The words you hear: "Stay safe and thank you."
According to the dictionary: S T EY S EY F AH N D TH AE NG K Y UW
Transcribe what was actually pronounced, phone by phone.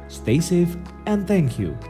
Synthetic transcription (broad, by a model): S T EY S EY F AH N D TH AE NG K Y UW